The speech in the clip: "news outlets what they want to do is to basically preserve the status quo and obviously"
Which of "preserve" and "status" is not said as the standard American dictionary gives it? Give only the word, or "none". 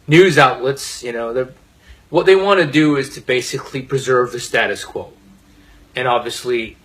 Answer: none